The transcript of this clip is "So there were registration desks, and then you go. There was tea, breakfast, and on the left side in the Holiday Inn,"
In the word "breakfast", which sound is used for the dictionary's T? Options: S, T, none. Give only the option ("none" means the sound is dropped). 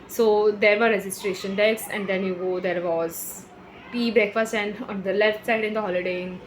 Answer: none